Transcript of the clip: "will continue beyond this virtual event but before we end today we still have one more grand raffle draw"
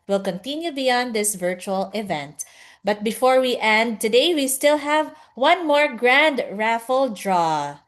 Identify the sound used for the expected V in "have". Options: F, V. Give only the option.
V